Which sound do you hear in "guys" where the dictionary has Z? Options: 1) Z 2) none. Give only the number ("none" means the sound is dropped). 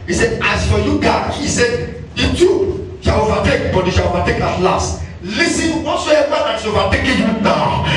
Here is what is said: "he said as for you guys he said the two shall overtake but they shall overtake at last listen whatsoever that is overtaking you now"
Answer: 2